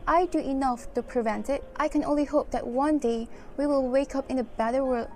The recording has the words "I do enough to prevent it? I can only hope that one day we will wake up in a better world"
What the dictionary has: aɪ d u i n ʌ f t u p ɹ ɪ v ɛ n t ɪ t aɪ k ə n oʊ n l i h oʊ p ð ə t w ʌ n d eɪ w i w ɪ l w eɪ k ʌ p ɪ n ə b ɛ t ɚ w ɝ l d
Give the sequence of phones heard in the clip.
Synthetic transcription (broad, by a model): aɪ d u i n ʌ f t u p ɹ ɪ v ɛ n t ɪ t aɪ k ə n oʊ n l i h oʊ p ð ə t w ʌ n d eɪ w i w ɪ l w eɪ k ʌ p ɪ n ə b ɛ t ɚ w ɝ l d